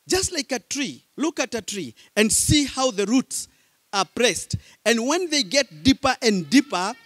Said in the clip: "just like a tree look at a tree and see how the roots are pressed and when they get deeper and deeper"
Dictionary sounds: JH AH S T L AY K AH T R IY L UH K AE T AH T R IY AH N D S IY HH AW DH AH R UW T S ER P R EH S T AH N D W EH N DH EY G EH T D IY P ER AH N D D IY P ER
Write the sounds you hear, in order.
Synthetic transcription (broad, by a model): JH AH S T L AY K AH T R IY L UH K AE T AH T R IY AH N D S IY HH AW DH AH R UW T S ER P R EH S T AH N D W EH N DH EY G EH T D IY P ER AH N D D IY P ER